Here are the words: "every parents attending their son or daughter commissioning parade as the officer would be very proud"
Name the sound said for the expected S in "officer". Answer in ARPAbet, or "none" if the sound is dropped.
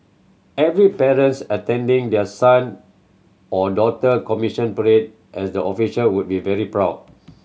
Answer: SH